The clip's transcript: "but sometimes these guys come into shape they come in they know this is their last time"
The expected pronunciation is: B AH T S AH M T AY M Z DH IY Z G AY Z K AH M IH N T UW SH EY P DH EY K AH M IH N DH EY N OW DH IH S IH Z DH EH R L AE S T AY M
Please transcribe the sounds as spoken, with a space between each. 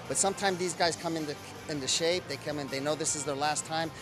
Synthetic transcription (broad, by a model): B AH T S AH M T AY M Z DH IY Z G AY Z K AH M IH N T UW SH EY P DH EY K AH M IH N DH EY N OW DH IH S IH Z DH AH R L AE S T AY M